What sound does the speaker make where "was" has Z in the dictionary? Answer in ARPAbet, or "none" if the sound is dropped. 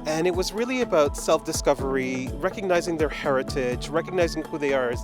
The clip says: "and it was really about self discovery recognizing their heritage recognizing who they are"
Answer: Z